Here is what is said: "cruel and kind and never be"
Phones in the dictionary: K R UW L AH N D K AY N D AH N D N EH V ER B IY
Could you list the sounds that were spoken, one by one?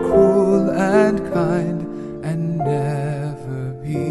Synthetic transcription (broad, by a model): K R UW L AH N K AY N D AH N N EH V ER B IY